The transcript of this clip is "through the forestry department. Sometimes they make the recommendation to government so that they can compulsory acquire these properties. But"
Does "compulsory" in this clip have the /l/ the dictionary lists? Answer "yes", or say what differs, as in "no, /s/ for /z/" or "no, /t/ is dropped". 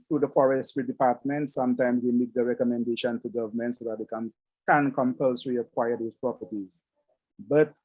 yes